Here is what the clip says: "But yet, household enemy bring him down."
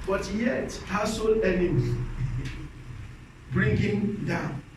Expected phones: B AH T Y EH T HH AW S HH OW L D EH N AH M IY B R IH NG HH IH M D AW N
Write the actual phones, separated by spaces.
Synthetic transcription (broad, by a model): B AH T Y EH T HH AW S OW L EH N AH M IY B R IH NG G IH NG D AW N